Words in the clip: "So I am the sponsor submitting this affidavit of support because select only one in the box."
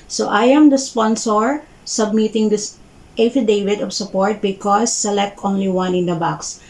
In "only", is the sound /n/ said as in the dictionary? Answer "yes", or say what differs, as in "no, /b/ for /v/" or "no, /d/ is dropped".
yes